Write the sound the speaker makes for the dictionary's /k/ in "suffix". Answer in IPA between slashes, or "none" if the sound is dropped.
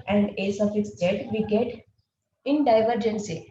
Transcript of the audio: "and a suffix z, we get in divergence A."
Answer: none